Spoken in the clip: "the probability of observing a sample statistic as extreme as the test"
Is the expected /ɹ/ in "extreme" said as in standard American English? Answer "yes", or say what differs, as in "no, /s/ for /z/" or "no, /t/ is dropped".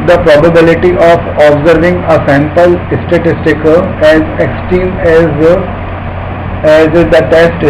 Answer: no, /ɹ/ is dropped